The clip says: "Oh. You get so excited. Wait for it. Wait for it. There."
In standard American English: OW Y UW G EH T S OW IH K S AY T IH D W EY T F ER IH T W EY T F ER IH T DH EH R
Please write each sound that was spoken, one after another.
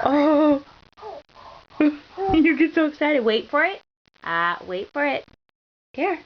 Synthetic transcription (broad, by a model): OW Y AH G EH T S OW IH K S AY T IH D W EY T F ER IH T W EY T F ER IH T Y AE